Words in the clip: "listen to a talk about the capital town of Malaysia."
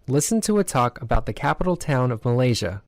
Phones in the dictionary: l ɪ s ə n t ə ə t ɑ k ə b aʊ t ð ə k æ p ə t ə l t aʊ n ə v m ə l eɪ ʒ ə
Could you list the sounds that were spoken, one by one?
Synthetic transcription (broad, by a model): l ɪ s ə n t ə ə t ɑ k ə b aʊ t ð ə k æ p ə t l t aʊ n ə v m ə l eɪ ʒ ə